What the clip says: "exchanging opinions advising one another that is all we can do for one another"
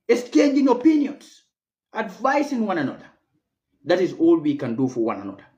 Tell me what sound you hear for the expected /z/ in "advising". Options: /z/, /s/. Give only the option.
/s/